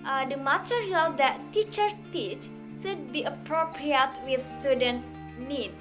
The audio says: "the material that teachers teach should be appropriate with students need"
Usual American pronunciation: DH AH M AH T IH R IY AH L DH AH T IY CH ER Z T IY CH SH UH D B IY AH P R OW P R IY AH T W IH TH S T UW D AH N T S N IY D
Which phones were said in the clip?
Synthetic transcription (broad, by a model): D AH M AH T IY R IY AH L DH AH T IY CH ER T IY CH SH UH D B IY AH P R OW P R IY AH T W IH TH S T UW D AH N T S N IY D